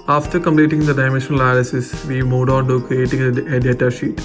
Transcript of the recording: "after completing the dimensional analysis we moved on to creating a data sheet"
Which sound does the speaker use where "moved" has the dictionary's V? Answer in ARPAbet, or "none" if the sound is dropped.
none